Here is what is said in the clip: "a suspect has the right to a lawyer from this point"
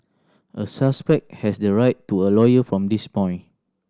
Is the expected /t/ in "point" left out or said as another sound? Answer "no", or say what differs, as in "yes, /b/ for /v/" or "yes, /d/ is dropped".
yes, /t/ is dropped